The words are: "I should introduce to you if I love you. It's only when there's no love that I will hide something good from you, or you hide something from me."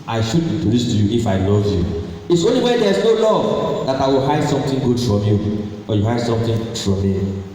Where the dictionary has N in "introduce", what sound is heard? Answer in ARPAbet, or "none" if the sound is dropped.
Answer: none